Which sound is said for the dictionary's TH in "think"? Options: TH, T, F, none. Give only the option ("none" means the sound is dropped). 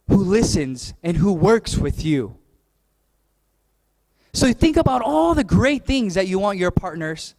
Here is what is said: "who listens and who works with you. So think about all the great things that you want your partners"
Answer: TH